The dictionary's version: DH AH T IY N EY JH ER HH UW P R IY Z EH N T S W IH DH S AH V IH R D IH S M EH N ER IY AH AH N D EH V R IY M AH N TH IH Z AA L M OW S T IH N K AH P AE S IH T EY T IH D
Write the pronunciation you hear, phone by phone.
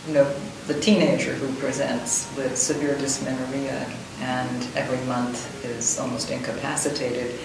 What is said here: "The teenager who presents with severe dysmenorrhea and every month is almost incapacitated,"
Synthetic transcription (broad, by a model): DH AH T IY N EY JH ER HH UW P R IY Z EH N T S W IH DH S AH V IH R D IH S M EH N ER IY AH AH N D EH V R IY M AH N TH IH Z AA L M OW S T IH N K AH P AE S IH T EY T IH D